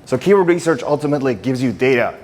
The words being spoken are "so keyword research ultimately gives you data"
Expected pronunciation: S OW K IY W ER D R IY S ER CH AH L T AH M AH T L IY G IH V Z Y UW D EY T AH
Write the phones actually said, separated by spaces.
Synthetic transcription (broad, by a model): S OW K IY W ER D R IY S ER CH AH L T AH M AH T L IY G IH V Z Y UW D EY T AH